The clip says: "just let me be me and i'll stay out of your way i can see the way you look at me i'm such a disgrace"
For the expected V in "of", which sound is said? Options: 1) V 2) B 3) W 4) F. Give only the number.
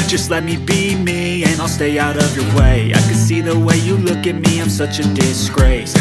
1